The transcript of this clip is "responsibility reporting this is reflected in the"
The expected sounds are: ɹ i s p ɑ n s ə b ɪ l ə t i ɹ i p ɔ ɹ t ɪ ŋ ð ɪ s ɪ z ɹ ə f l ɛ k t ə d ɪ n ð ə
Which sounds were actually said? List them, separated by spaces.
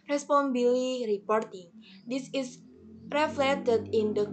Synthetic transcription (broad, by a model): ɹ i s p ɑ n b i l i ɹ i p ɔ ɹ t ɪ ŋ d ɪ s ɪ s ɹ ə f l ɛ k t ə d ɪ n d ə